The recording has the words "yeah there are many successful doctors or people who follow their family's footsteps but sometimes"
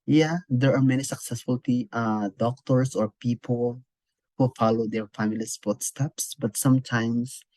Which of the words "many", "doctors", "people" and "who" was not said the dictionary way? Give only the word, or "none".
doctors